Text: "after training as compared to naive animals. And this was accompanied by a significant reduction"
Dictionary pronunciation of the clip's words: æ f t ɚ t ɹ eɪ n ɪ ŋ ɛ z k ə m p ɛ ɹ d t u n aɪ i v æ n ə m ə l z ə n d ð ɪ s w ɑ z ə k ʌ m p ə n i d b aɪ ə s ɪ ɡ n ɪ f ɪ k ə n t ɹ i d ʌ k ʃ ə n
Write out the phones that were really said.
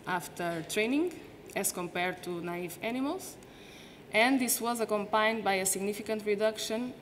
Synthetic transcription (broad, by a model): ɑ f t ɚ t ɹ eɪ n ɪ ŋ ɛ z k ə m p ɛ ɹ d t u n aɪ i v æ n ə m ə l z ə n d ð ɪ s w ɑ z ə k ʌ m p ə n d b aɪ ə s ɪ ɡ n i f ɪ k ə n t ɹ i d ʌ k ʃ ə n